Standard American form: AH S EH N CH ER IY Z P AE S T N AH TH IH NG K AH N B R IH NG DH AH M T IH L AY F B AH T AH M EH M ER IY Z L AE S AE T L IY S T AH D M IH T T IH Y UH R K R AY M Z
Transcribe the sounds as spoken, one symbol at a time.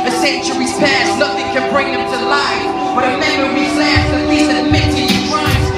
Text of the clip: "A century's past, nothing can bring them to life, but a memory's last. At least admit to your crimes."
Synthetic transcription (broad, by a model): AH S EH N CH ER IY Z P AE S N AH TH IH NG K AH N B R IH NG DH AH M T IH L AY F B AH T AH M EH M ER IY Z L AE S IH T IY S AH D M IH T T IH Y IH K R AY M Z